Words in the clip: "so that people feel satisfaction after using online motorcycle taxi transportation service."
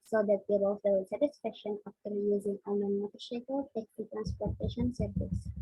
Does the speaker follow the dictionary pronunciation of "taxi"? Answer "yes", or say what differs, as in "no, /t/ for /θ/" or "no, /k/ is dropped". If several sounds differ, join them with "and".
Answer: no, /s/ is dropped